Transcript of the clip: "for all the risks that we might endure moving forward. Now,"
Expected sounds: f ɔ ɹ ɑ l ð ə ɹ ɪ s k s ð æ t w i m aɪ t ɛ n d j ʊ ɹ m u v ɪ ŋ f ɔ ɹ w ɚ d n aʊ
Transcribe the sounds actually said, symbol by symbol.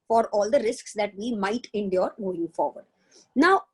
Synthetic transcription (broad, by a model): f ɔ ɹ ɑ l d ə ɹ ɪ s k s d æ t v i m aɪ t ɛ n d j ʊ ɹ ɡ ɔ ɪ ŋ f ɔ ɹ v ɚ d n aʊ